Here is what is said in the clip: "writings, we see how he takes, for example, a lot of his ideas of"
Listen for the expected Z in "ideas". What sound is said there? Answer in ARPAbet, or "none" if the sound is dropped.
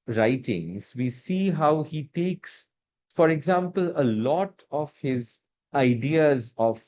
Z